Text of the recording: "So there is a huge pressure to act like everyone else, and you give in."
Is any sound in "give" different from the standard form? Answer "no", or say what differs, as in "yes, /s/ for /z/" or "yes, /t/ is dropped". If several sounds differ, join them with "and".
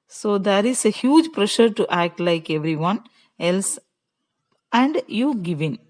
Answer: no